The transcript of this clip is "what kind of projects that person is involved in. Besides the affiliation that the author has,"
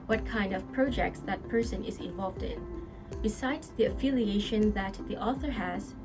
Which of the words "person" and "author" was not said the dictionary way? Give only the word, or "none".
none